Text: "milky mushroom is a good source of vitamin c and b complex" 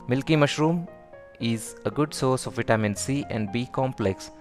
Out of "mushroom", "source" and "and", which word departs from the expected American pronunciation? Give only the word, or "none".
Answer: none